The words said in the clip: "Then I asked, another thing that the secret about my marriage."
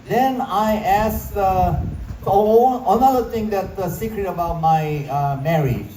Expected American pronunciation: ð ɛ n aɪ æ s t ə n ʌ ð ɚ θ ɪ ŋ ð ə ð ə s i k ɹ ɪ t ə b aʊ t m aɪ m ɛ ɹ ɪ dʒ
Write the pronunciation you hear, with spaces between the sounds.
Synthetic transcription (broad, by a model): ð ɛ n aɪ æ s ə n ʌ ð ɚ t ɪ ŋ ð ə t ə s i k ɹ ɪ t ə b aʊ t m aɪ m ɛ ɹ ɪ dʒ